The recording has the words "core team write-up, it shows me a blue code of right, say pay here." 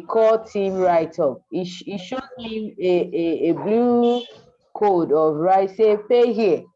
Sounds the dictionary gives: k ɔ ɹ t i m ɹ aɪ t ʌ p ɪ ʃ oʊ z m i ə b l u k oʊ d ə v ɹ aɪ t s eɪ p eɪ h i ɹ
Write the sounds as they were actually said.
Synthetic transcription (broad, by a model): k ɔ t i m ɹ aɪ t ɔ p ɪ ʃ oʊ m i ə b l u k oʊ d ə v ɹ aɪ t s eɪ p eɪ h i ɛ